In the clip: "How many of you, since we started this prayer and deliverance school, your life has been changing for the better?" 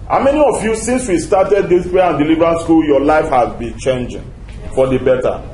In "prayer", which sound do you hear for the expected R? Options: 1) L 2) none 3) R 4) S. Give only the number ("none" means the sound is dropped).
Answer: 2